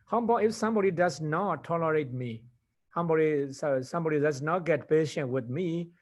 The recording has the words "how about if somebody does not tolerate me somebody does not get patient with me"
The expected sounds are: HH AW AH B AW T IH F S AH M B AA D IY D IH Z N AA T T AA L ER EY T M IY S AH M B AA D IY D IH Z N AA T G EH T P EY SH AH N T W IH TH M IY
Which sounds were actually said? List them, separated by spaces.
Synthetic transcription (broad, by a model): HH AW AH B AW IH F S AH M B AA D IY D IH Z N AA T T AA L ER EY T M IY S AH M B AA D IY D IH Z N AA T G EH T P EY SH AH N T W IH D M IY